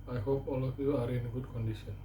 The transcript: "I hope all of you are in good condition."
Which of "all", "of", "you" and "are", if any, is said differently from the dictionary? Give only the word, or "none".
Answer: of